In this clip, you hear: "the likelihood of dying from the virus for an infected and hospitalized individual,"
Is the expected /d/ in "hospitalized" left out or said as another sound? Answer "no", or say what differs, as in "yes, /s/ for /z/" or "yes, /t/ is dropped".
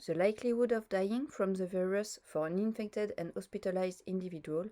no